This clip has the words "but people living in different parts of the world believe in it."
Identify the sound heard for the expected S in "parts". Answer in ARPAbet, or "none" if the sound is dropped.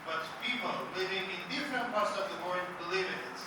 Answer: none